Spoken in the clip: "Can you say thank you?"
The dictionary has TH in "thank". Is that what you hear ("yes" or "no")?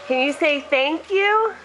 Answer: yes